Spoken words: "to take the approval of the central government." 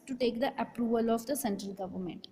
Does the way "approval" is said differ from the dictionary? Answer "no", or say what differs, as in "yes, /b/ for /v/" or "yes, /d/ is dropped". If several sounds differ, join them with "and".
no